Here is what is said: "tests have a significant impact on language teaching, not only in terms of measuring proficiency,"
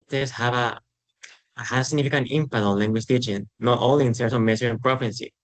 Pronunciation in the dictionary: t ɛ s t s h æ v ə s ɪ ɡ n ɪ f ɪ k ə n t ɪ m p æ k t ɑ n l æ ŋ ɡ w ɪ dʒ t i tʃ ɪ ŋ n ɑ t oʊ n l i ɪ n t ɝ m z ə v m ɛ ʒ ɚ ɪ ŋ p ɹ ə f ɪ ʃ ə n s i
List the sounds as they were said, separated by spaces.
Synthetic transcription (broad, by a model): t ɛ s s h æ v ə s ɪ ɡ n ɪ f ɪ k ə n t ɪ m p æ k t ɑ n l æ ŋ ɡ w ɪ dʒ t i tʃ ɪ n n ɑ t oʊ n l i ɪ n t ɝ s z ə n m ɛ s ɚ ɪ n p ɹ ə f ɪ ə n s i